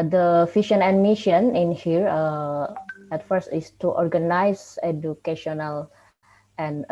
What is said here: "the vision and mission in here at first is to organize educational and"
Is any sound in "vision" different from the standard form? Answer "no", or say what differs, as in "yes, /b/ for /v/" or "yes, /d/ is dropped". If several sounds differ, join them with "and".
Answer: yes, /f/ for /v/ and /ʃ/ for /ʒ/